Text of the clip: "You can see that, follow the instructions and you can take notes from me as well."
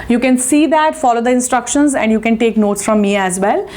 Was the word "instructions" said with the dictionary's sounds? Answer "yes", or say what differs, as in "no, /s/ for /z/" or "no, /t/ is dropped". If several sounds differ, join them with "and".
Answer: yes